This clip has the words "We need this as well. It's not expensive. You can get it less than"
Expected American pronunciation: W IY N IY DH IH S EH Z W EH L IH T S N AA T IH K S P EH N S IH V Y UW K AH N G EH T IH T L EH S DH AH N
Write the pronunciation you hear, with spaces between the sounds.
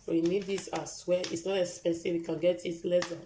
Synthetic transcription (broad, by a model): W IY N IY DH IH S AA S W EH IH T S N AA T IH S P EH S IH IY K AH N G EH T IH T L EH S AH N